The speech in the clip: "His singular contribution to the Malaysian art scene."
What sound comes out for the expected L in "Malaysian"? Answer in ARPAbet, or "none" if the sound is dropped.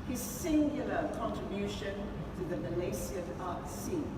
N